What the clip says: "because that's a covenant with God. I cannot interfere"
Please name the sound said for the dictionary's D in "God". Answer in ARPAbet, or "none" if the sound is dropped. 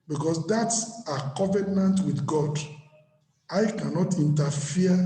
D